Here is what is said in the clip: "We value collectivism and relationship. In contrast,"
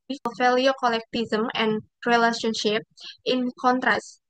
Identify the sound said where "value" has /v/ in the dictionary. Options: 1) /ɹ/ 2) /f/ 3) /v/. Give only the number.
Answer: 2